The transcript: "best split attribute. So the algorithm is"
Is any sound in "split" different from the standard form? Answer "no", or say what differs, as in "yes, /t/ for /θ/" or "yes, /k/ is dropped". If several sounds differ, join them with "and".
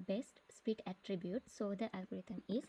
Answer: yes, /l/ is dropped